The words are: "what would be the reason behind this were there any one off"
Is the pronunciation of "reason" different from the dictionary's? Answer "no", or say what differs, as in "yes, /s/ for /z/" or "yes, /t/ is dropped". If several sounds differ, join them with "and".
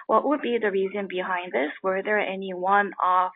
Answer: no